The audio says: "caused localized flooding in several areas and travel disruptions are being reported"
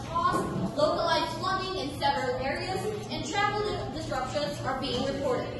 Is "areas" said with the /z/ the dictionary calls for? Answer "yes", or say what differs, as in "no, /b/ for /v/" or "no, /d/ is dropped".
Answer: yes